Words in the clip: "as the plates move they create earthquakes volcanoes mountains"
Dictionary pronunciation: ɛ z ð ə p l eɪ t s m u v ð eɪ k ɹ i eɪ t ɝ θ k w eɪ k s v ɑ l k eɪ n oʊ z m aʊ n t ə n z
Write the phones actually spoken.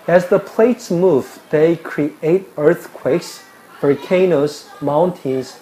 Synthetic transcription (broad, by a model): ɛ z ð ə p l eɪ t s m u v ð eɪ k ɹ i eɪ t ɝ θ k w eɪ k s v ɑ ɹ k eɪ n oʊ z m aʊ n t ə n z